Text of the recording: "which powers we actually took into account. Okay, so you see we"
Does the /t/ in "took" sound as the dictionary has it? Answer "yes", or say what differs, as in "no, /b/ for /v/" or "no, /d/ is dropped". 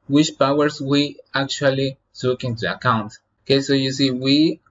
no, /s/ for /t/